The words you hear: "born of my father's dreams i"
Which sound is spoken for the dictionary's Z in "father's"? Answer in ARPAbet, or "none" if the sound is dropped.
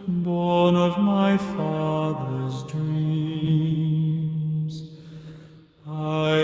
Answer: Z